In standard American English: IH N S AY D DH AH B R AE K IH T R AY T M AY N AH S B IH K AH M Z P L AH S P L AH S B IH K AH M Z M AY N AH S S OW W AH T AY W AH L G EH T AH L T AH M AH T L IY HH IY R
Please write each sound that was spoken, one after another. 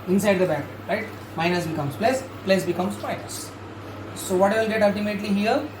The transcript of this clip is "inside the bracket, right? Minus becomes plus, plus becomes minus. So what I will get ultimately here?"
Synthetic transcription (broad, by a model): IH N S AY D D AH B AE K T R AY T M AY N AH S B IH K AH M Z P L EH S P L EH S B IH K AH M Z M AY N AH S S OW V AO T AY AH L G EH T AH L T AH M AH T L IY HH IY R